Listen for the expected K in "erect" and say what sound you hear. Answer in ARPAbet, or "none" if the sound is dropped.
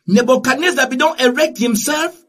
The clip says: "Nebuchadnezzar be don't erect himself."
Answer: K